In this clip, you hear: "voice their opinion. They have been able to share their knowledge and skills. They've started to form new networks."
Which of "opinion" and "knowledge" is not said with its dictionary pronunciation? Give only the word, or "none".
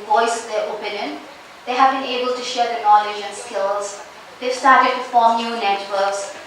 none